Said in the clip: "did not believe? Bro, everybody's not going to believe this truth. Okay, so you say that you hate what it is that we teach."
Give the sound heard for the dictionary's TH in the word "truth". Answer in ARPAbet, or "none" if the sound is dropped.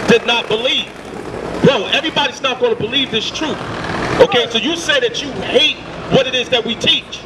TH